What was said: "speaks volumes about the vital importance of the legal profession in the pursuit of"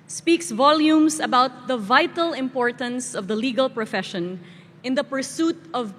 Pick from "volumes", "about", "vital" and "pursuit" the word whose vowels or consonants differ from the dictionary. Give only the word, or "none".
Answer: volumes